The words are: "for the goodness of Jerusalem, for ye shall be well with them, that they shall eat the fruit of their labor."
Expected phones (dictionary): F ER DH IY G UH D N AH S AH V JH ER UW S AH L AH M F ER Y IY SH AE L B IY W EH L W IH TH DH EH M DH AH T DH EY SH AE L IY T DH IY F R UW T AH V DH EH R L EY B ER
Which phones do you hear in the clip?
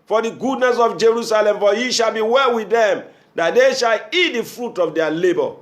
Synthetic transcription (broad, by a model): F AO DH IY G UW D N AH S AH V JH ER UW S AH L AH M F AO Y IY SH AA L B IY W EH L W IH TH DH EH M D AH T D EY SH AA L IY T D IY F R UW T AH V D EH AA L EY B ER